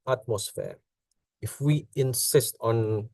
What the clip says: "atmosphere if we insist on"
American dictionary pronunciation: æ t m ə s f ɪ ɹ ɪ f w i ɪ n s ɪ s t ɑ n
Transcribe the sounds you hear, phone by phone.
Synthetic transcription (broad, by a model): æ t m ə s f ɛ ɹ ɪ f w i ɪ n s ɪ s t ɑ n